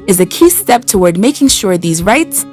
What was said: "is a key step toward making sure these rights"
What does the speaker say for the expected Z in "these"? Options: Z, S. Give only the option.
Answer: Z